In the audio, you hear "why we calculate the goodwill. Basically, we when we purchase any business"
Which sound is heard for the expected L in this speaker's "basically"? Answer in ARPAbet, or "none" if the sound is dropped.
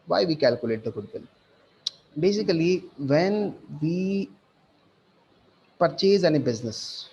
none